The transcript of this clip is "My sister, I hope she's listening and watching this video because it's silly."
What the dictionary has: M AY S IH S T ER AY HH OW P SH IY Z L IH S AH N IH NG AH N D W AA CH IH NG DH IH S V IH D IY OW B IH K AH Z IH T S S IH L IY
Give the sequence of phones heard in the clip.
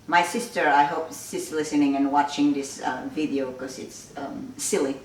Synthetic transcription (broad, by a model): M AY S IH S T ER AY HH OW P S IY S L IH S AH N IH NG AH N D W AA CH IH NG DH IH S V IH D IY OW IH K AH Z IH T S S IH L IY